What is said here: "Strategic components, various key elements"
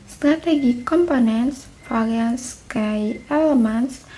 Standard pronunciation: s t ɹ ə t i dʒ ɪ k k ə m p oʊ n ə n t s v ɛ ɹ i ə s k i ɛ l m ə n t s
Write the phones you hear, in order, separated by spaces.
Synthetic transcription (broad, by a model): s t ɹ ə t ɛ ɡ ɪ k k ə m p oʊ n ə n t s f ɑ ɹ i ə s k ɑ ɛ l m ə n s